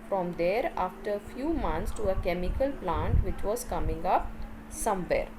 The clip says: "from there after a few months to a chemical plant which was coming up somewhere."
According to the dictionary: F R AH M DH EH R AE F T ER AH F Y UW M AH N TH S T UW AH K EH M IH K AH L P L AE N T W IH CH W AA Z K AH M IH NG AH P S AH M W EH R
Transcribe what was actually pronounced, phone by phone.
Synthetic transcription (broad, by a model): F R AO M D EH R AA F T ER AH F Y UW M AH N T S T UW AH K EH M IH K AH L P L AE N T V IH CH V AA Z K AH M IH NG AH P S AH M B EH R